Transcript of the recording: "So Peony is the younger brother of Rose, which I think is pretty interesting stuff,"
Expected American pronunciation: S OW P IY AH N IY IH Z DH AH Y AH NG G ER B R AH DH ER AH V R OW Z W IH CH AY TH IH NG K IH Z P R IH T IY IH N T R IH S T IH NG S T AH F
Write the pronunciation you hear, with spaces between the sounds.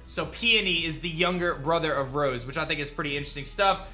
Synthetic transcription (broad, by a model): S OW P IY AH N IY IH Z DH AH Y AH NG G ER B R AH DH ER AH V R OW Z W IH CH AY TH IH NG K IH Z P R IH T IY IH N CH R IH S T IH NG S T AH F